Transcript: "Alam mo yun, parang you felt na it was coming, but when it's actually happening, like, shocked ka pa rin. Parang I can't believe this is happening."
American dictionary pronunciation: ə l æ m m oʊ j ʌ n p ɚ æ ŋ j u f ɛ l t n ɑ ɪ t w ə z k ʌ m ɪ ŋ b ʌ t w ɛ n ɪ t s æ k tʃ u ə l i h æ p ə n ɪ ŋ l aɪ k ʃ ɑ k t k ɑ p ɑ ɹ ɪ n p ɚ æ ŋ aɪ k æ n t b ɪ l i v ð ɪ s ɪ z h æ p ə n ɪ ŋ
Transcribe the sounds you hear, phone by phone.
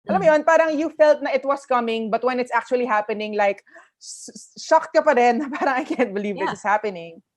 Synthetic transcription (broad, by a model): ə l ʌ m m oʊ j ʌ n p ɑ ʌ ŋ j u f ɛ l t n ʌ ɪ t w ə s k ʌ m ɪ ŋ b ʌ t w ɛ n ɪ t s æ k tʃ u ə l i h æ p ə n ɪ ŋ l aɪ k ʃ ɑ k t k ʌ p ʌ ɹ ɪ n p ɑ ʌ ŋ aɪ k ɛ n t b ɪ l i v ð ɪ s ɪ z h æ p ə n ɪ ŋ